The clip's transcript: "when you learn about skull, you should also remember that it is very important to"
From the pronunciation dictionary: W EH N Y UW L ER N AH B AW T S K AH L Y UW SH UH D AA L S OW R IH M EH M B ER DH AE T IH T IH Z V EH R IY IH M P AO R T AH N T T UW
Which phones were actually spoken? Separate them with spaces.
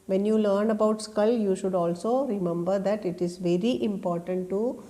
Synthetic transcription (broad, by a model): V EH N Y UW L ER N AH B AW T S K AH L Y UW SH UH D AA L S OW R IH M EH M B ER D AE T IH T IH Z V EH R IY IH M P AO R T AH N T T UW